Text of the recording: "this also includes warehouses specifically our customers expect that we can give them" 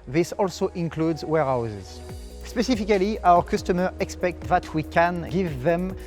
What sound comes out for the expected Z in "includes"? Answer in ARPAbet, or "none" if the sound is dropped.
Z